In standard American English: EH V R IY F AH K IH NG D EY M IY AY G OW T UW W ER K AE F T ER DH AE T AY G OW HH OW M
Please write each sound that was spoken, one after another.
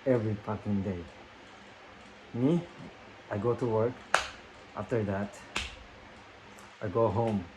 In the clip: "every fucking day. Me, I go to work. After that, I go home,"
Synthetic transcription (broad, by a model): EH V R IY P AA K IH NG D EY M IY AY G OW T UW W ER K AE F T ER DH AE T AY G OW HH OW M